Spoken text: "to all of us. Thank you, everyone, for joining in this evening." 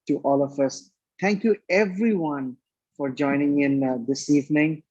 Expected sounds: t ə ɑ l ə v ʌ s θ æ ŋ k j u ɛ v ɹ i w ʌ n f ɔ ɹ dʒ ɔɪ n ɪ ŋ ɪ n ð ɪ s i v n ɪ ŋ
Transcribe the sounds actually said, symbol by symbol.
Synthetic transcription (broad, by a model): t ɑ l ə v ʌ s t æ ŋ k j u ɛ v ɹ i w ʌ n f ɔ ɹ dʒ ɔɪ n ɪ ŋ ɪ n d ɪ s i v n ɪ ŋ